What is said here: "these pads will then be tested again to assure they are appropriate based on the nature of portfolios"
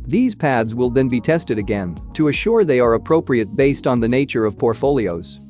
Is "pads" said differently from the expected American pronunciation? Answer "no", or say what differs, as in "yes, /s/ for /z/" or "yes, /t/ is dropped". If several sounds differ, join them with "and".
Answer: no